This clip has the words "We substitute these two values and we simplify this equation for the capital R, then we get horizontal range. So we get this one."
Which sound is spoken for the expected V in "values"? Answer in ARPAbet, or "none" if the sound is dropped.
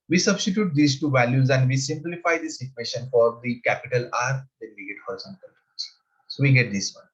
V